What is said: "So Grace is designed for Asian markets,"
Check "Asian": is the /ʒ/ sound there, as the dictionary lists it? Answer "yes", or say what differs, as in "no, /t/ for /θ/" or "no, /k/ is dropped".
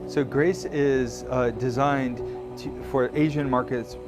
yes